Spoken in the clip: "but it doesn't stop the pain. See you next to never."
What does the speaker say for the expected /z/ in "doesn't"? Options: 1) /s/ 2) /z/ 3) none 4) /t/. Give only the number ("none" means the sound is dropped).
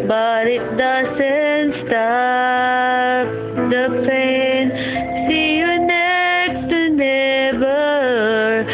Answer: 1